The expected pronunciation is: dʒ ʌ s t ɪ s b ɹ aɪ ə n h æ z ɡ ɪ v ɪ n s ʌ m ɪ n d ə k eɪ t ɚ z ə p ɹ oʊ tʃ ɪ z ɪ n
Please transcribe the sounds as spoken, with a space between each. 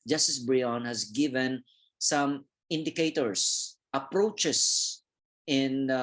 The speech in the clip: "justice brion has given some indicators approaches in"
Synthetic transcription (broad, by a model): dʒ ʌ s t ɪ s b ɹ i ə n h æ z ɡ ɪ v ɪ n s ʌ m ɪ n d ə k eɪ t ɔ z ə p ɹ oʊ tʃ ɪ s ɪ n